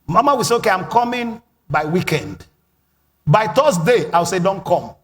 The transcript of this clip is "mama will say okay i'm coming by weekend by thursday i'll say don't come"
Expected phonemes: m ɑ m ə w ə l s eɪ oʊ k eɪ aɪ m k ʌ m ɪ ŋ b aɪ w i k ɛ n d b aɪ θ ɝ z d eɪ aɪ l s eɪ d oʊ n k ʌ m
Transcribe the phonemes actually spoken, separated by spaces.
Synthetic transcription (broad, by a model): m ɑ m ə w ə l s eɪ oʊ k eɪ aɪ m k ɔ m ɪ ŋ b aɪ w i k ɛ n d b aɪ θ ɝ s d eɪ aɪ w s eɪ d oʊ n k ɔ m